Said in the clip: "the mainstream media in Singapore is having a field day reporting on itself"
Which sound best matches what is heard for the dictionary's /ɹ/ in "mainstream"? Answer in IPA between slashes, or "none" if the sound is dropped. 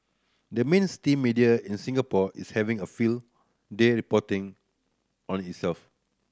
none